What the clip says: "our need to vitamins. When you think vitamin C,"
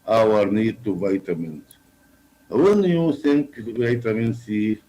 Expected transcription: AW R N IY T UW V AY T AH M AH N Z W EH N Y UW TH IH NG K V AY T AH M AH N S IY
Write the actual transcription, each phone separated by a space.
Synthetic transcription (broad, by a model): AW R N IY T UW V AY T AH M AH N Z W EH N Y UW S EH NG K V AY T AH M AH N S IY